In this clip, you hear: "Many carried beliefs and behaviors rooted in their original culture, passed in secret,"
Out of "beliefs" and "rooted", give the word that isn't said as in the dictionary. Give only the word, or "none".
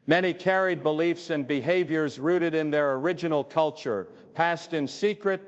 none